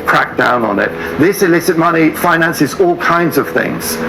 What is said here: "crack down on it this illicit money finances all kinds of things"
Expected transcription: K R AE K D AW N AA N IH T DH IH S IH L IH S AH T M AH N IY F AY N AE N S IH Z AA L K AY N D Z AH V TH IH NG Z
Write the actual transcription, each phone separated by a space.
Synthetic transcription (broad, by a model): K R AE K D AW N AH N IH T DH IH S IH L IH S AH T M AH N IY F AY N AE N S IH Z AA L K AY N D Z AH V TH IH NG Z